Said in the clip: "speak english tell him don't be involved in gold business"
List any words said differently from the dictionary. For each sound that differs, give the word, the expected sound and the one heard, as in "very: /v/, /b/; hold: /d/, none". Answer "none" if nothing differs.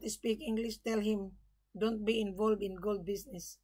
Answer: none